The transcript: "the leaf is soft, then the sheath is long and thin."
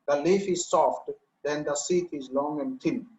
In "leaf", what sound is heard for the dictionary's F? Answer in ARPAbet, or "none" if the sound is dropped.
F